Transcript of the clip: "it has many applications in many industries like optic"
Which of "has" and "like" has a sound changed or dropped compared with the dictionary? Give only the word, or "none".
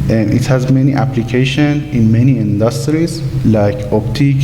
none